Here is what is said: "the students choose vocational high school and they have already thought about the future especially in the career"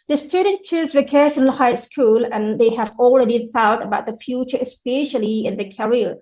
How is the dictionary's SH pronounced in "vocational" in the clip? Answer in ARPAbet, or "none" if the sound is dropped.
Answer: S